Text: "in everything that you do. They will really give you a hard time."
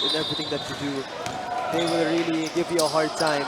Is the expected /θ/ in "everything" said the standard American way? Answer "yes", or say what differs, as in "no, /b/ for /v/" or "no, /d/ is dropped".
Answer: no, /t/ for /θ/